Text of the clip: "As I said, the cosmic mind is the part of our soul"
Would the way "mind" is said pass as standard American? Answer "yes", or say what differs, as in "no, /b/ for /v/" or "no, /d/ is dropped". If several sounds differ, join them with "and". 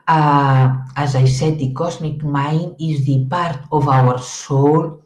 no, /d/ is dropped